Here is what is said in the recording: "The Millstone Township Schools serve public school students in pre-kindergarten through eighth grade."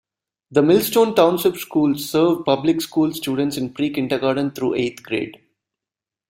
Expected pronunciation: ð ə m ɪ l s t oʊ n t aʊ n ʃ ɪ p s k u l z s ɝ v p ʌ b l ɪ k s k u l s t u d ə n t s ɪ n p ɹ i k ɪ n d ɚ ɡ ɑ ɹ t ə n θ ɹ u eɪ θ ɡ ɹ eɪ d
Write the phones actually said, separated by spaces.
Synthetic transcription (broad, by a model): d ə m ɪ l s t oʊ n t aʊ n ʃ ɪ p s k u l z s ɝ v p ʌ b l ɪ k s k u l s t u d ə n t s ɪ n p ɹ i k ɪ n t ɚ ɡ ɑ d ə n t ɹ u eɪ t ɡ ɹ eɪ d